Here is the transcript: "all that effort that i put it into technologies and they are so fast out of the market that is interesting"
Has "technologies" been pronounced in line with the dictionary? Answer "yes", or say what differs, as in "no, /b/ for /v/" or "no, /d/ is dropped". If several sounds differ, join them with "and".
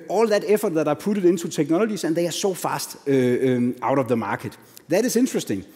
no, /s/ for /t/ and /s/ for /z/